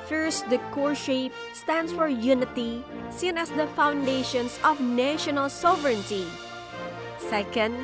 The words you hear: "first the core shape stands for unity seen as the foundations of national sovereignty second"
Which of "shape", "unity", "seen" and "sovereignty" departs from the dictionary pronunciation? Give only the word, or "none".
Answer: none